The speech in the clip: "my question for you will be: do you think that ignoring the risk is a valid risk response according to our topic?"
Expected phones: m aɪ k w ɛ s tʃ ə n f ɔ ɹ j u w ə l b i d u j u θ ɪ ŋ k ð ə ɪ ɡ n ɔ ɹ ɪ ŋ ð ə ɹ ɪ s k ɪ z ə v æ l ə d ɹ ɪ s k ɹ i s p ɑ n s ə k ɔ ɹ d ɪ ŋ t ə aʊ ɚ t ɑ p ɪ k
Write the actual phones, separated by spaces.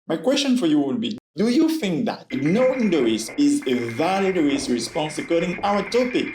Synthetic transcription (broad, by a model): m aɪ k w ɛ s tʃ ə n f ɔ ɹ j u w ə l b i d u j u θ ɪ ŋ k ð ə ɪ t n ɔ ɪ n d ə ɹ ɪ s ɪ z ə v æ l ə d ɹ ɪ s ɹ i s p ɑ n s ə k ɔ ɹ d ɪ ŋ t aʊ ɚ t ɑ p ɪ k